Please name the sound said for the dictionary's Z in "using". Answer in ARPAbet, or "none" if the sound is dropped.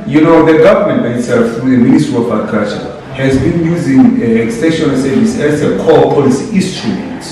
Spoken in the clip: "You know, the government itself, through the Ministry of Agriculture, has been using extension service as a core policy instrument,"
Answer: Z